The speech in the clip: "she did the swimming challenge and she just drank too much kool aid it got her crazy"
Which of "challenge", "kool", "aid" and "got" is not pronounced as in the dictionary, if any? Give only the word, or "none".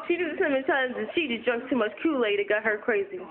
challenge